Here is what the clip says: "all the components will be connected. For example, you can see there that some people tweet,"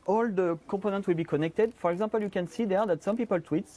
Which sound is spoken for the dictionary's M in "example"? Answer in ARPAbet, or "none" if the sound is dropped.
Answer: none